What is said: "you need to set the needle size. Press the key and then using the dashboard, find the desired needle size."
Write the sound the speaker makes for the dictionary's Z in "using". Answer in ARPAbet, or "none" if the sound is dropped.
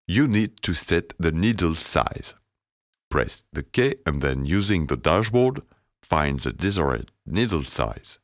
Z